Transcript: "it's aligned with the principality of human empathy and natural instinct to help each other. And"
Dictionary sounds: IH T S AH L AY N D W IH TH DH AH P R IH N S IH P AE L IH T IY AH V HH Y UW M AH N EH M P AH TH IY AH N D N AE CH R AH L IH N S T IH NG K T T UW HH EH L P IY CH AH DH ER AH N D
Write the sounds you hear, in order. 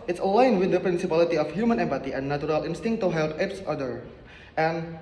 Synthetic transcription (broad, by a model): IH T S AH L AY N W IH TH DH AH P R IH N S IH P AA L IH T IY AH F HH Y UW M AH N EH M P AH T IY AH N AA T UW R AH L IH N S T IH NG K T T UW HH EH L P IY S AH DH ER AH N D